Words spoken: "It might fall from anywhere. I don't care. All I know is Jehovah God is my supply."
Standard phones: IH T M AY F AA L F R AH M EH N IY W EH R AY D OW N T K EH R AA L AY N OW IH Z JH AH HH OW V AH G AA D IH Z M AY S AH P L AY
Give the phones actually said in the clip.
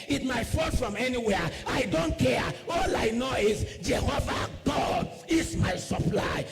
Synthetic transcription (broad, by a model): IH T M AY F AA N F R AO M EH N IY W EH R AY D OW N T K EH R AA L AY N OW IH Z JH AH HH OW V AH G AA D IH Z M AY S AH P L AY